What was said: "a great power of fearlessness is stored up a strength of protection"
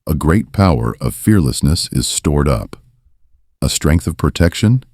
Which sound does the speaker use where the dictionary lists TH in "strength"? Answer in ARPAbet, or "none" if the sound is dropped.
TH